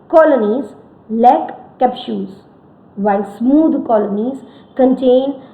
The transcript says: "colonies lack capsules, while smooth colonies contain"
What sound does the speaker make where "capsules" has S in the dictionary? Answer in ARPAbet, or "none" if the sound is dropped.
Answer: SH